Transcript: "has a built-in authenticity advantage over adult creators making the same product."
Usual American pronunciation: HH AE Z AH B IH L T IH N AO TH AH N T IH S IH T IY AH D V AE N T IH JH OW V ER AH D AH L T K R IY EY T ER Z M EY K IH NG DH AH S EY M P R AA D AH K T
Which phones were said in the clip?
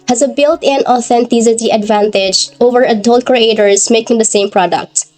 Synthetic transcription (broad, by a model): HH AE Z AH B IH L T IH N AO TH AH N T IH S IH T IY AH D V AE N T IH JH OW V ER AH D AH L T K R IY EY T ER Z M EY K IH NG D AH S EY M P R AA D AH K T